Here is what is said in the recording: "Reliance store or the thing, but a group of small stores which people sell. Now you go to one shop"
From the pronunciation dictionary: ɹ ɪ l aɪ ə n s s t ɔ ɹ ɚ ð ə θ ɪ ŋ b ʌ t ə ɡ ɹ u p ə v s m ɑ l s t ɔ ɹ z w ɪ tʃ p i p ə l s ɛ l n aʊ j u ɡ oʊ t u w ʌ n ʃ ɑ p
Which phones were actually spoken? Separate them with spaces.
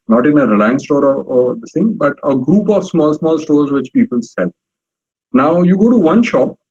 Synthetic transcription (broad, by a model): ɹ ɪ l aɪ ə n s s t ɔ ɹ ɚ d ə s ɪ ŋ b ʌ t ə ɡ ɹ u p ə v s m ɑ l s t ɔ ɹ z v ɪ tʃ p i p ə l s ɛ l n aʊ j u ɡ oʊ t u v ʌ n ʃ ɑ p